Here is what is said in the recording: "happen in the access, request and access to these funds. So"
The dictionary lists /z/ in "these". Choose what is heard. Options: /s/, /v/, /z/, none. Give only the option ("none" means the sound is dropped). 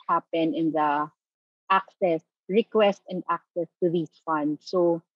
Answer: /s/